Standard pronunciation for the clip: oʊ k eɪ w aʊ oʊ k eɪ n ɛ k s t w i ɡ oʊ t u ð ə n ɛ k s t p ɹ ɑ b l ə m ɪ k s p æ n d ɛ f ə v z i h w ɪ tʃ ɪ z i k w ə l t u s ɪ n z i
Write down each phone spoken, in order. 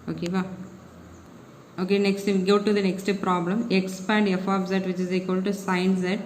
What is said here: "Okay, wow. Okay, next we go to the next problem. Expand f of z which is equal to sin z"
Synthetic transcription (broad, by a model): oʊ k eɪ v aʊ oʊ k eɪ n ɛ k s t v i ɡ oʊ t u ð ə n ɛ k s t p ɹ ɑ b l ə m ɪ k s p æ n d ɛ f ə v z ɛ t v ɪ tʃ ɪ z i k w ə l t u s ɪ n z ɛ